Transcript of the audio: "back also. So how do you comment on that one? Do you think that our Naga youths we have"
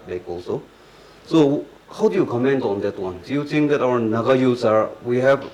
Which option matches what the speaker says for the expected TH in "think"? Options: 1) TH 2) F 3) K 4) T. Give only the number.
4